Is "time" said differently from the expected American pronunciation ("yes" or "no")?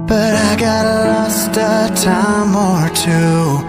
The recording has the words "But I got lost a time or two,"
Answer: no